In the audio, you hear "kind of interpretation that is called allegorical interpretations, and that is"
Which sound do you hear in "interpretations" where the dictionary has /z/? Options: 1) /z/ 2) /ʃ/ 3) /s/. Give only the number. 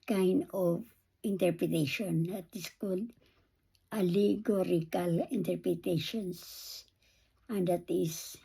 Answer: 3